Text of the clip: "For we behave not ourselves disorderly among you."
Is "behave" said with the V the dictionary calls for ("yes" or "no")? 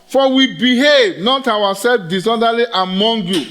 yes